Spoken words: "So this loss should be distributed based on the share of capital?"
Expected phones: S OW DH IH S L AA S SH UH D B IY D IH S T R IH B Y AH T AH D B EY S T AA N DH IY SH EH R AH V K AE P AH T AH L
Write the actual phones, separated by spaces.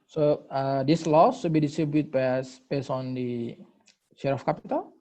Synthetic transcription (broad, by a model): S OW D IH S L AA S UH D B IY D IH S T R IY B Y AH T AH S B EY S AA N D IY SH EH R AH F K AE P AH T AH L